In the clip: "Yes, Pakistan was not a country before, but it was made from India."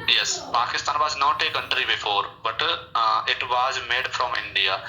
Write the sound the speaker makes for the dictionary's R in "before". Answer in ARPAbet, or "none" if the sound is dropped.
R